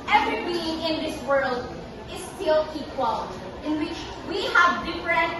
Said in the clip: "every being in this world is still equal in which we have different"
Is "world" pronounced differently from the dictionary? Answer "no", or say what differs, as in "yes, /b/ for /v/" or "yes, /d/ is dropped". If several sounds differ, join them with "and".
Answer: no